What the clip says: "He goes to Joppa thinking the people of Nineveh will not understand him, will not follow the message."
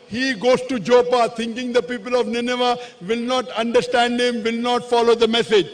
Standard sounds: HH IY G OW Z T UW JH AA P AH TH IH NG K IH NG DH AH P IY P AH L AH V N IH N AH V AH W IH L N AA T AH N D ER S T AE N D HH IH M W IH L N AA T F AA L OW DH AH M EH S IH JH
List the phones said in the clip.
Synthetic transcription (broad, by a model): HH IY G OW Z T UW JH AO P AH T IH NG K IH NG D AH P IY P AH L AH V N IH N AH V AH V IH L N AA T AH N D ER S T AE N D HH IH M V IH L N AA T F AA L OW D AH M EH S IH JH